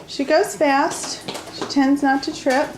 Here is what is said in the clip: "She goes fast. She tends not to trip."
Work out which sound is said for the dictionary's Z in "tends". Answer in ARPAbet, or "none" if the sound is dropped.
Z